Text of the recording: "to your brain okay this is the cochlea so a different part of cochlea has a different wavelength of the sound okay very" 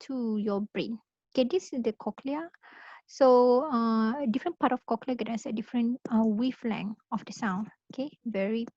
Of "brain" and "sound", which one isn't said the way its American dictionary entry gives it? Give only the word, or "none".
sound